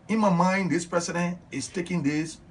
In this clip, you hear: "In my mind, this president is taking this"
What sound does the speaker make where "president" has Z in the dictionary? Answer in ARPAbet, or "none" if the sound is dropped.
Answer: S